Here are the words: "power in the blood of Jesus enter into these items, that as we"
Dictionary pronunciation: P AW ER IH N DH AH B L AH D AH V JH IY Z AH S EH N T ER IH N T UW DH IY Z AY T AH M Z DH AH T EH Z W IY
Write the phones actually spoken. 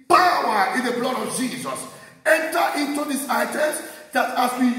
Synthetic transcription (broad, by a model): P AW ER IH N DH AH B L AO D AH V JH IY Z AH S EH N T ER IH N T UW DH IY S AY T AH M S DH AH T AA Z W IY